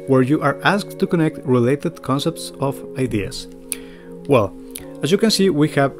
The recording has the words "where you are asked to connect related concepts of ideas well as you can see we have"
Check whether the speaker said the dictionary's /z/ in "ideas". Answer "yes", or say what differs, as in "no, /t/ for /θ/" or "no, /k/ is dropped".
no, /s/ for /z/